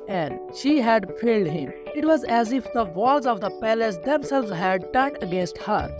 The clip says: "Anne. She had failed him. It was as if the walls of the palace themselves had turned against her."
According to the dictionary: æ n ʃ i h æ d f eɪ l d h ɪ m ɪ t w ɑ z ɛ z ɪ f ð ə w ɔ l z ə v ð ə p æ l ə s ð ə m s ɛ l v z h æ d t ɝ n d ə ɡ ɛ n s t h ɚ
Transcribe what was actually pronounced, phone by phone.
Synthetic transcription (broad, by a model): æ n ʃ i h æ d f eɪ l d h ɪ m ɪ t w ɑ z ɛ z ɪ f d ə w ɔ l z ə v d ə p æ l ə s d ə m s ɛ l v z h æ d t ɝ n ə ɡ ɛ n s t h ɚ